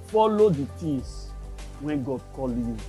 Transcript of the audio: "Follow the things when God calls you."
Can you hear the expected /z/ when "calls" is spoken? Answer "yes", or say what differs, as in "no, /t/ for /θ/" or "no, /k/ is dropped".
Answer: no, /z/ is dropped